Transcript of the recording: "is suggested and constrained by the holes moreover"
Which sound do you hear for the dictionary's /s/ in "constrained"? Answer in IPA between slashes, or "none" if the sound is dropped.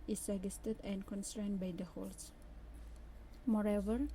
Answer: /s/